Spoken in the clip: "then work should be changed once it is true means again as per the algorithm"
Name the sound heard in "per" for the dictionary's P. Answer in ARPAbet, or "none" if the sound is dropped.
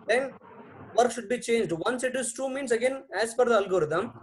F